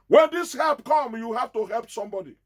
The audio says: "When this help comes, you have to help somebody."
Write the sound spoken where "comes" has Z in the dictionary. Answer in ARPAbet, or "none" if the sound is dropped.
none